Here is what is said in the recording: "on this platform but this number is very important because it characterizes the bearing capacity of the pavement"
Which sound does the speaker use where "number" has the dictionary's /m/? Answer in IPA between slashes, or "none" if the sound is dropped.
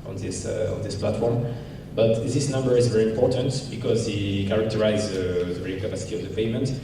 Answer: /m/